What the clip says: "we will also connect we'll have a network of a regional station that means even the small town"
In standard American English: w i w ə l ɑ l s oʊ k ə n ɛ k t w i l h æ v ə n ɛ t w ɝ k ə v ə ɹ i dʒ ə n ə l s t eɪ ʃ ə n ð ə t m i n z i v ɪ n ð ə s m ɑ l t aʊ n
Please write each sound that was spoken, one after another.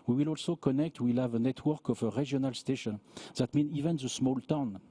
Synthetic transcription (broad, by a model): w i w ə l ɑ l s oʊ k ə n ɛ k t w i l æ v ə n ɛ t w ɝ k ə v ə ɹ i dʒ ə n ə l s t eɪ ʃ ə n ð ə t m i n i v ɪ n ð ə s m ɑ l t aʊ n